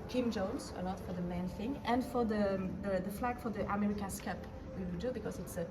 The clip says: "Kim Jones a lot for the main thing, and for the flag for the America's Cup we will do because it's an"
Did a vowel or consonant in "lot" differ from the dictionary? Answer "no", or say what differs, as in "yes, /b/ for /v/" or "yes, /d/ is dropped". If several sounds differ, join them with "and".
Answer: yes, /n/ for /l/